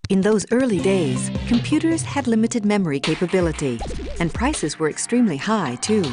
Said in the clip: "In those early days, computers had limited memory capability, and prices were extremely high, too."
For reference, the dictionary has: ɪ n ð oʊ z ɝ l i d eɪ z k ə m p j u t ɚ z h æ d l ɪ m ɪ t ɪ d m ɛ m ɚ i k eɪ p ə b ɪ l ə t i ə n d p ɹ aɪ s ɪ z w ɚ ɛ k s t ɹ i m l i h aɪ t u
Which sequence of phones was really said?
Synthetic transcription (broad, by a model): ɪ n ð oʊ z ɝ l i d eɪ z k ə m p j u t ɚ z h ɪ d l ɪ m ɪ t ɪ d m ɛ m ɚ i k eɪ p ə b ɪ l ə t i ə n p ɹ aɪ s ɪ z w ɚ ɛ k s t ɹ i m l i h aɪ t u